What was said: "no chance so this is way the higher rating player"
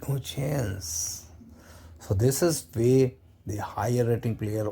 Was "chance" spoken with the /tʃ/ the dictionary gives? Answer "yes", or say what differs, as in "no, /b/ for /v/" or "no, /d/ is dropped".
yes